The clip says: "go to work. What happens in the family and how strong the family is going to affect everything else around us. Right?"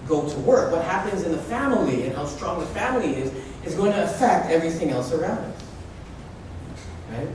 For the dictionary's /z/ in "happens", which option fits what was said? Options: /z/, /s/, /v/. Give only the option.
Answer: /z/